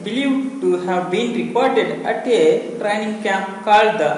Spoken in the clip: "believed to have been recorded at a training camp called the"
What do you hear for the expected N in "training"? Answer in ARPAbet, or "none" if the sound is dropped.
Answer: N